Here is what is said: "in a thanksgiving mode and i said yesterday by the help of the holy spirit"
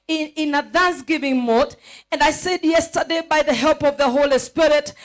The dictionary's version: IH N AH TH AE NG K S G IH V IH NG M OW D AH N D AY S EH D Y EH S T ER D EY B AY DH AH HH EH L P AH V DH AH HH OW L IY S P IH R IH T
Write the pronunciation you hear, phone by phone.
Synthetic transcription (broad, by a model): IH N AH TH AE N S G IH V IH NG M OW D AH N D AY S EH D Y EH S T ER D EY B AY DH AH HH EH L P AH V DH AH HH OW L IY S P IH R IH T